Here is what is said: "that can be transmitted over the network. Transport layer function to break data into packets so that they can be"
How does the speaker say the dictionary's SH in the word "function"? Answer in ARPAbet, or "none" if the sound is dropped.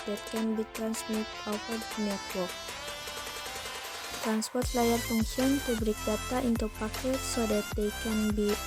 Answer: S